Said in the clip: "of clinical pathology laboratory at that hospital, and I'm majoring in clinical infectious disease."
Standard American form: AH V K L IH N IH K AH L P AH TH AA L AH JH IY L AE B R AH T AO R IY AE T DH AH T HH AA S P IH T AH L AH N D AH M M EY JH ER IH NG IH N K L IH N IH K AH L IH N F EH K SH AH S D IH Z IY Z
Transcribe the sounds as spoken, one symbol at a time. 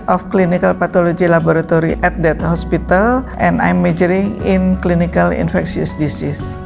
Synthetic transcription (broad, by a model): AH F K L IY N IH K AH L P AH T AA L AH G IY L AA B R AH T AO R IY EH T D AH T HH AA S P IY T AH L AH N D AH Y M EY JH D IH NG IH N K L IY N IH K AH L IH N F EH K S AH S D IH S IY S